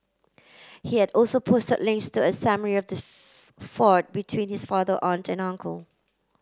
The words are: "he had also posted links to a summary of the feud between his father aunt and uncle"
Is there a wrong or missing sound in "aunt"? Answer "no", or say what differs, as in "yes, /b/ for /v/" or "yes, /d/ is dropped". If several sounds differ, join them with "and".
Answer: no